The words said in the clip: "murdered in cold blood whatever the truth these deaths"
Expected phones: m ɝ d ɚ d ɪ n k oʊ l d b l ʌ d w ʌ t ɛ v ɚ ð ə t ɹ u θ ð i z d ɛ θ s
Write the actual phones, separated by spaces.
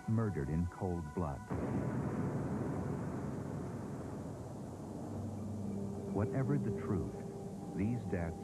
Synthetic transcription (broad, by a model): m ɝ d ɚ d ɪ n k oʊ l d b l ʌ d w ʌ t ɛ v ɚ ð ə t ɹ u θ ð i z d ɛ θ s